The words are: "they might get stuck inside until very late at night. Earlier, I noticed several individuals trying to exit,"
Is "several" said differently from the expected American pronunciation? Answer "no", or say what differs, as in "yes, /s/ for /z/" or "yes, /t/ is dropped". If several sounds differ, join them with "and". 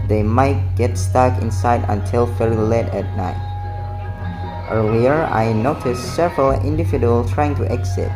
no